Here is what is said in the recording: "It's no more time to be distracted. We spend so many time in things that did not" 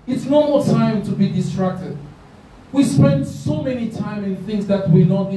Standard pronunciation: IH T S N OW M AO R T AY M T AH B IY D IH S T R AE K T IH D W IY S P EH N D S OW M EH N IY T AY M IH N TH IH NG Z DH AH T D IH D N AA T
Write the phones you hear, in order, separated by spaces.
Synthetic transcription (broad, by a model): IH T S N OW M AO T AY M T AH B IY D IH S T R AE K T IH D W IY S P EH N D S OW M EH N IY T AY M IH N TH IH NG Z DH AH T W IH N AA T